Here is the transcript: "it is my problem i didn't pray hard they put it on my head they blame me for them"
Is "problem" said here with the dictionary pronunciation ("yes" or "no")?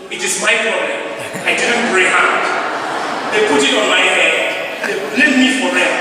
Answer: no